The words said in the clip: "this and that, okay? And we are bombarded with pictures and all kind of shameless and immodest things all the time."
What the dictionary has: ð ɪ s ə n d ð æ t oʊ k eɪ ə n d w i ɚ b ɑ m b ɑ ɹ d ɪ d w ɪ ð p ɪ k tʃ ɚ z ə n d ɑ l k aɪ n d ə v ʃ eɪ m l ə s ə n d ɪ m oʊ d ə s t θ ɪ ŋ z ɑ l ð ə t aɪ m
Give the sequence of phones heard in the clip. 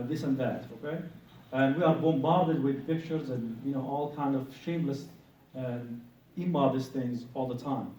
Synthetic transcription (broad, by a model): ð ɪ s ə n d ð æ t oʊ k eɪ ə n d w i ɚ b ɑ m b ɑ ɹ d ɪ d w ɪ ð p ɪ k tʃ ɚ z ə n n ɑ l k aɪ n d ə v ʃ eɪ m l ə s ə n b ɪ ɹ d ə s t θ ɪ ŋ z ɑ l ð ə t aɪ m